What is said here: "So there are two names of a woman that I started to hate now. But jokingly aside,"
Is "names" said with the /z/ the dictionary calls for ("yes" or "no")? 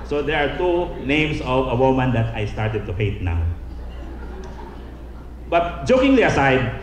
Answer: no